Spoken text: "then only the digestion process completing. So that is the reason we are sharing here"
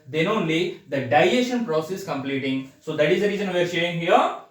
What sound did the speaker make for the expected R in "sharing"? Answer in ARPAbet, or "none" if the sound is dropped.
none